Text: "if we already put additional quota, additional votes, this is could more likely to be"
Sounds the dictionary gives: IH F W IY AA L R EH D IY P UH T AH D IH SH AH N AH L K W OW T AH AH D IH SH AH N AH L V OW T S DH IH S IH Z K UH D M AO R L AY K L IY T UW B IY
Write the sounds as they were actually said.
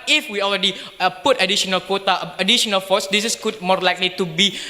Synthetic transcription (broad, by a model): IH F W IY AA L R EH D IY P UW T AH D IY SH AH N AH L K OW T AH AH D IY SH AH N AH L F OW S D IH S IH S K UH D M AO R L AY K L IY T UW B IY